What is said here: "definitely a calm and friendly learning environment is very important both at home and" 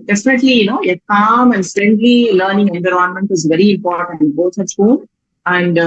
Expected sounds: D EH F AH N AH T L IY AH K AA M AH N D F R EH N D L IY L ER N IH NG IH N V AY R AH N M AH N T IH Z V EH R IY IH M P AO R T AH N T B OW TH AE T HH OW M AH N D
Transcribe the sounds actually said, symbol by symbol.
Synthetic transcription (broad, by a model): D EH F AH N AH T L IY AH K AA M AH N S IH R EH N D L IY L ER N IH NG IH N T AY R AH N M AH N T IH Z V EH R IY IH M P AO R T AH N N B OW T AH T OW AH N D